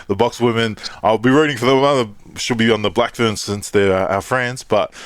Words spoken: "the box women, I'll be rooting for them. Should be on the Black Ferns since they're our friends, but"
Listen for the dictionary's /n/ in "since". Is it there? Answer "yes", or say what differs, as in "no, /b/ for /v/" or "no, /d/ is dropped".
yes